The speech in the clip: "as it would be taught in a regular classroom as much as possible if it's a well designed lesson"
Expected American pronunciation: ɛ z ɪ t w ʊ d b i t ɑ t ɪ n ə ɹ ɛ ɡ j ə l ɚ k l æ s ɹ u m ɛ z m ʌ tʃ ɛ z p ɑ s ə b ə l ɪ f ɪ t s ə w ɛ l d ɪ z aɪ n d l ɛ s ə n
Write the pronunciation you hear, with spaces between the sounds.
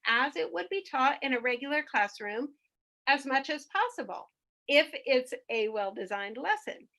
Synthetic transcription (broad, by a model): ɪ z ɪ t w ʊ d b i t ɑ t ɪ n ə ɹ ɛ ɡ j l ɚ k l æ s ɹ u m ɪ z m ʌ tʃ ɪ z p ɑ s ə b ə l ɪ f ɪ t s ə w ɛ l d ɪ z aɪ n d l ɛ s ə n